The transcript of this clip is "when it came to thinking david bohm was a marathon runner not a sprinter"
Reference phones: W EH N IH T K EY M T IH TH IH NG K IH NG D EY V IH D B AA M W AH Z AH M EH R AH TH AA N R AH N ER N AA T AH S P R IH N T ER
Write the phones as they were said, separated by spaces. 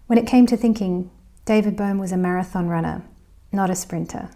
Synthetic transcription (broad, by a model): W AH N IH T K EY M T IH TH IH NG K IH NG D EY V IH D B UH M W AH Z AH M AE R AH TH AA N R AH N ER N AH T AH S P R IH N T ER